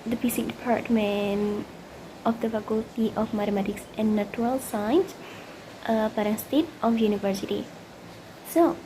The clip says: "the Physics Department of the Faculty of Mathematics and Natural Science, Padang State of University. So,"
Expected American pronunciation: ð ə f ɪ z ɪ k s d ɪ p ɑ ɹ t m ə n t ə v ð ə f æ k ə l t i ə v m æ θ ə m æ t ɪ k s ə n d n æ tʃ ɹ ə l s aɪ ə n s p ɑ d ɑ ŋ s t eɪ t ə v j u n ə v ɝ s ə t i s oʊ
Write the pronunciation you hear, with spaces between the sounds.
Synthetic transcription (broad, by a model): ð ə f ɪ s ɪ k d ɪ p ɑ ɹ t m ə n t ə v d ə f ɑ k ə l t i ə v m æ t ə m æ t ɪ k s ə n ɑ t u ɹ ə l s aɪ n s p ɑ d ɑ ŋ s t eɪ t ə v j u n ə v ɝ s ə t i s oʊ